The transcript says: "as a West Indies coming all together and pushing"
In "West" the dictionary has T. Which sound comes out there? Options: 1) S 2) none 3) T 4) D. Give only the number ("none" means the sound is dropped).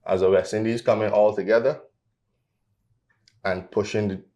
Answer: 2